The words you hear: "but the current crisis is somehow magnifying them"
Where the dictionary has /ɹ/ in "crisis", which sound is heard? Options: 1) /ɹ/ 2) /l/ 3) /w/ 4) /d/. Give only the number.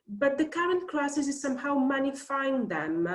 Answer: 2